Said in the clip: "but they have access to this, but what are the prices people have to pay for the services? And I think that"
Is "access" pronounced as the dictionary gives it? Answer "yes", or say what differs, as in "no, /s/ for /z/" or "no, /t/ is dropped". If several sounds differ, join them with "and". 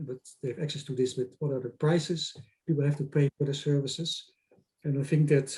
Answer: yes